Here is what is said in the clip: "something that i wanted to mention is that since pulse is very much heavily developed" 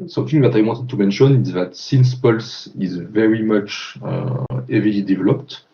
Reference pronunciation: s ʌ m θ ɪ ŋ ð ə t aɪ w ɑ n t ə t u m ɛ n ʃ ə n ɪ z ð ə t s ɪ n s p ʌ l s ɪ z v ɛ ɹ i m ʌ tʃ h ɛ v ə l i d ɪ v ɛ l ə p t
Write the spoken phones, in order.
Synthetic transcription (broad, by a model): s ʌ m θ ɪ ŋ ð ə t aɪ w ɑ t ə t u m ɛ n ʃ ə n ɪ z ð ə t s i n s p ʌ l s ɪ z v ɛ ɹ i m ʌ tʃ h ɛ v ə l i d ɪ v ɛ l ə p t